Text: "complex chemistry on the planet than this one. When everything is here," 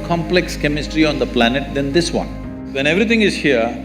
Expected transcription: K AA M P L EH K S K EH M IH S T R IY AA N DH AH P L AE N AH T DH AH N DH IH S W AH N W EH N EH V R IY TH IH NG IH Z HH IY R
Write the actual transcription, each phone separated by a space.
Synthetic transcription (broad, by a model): K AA M P L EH K S K EH M IH S T R IY AA N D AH P L AE N AH T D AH N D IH S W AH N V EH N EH V R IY T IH NG IH Z HH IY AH